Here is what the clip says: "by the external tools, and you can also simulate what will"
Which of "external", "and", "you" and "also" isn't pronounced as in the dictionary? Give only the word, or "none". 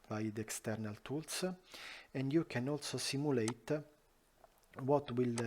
none